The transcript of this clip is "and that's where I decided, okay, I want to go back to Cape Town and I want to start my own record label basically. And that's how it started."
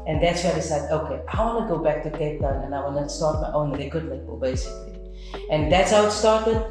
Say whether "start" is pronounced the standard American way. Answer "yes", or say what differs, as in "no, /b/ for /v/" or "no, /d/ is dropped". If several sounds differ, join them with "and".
yes